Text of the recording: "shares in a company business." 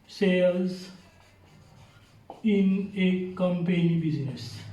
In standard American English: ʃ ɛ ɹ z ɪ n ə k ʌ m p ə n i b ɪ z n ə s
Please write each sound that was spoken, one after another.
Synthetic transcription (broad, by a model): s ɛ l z ɪ n ə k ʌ m p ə n i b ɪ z n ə s